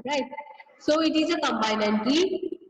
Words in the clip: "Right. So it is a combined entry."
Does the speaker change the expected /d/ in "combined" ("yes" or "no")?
yes